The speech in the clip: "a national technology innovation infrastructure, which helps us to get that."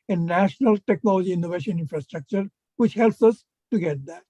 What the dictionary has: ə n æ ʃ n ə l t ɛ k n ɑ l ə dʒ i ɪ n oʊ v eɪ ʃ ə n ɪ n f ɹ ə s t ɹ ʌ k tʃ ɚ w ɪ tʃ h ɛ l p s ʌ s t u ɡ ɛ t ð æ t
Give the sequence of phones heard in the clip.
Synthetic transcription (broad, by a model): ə n æ ʃ n ə l t ɛ k n ɑ l ə dʒ i ɪ n oʊ v eɪ ʃ ə n ɪ n f ɹ ə s t ɹ ʌ k tʃ ɚ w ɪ tʃ h ɛ l p s ʌ s t u ɡ ɛ t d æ t